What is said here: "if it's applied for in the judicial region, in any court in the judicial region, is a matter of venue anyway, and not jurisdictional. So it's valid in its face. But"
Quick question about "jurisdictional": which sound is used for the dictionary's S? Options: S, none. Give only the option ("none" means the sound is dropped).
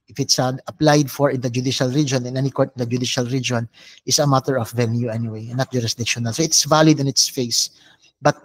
S